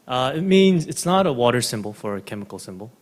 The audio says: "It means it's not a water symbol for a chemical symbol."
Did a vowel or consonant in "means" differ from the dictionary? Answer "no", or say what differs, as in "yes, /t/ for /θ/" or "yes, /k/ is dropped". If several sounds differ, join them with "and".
no